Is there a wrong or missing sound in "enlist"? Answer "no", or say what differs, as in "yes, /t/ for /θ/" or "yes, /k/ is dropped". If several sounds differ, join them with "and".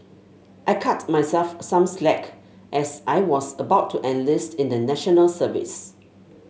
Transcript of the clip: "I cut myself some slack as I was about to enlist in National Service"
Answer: no